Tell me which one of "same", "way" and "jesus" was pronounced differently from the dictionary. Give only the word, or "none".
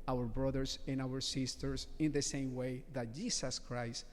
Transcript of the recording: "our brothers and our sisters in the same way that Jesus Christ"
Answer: jesus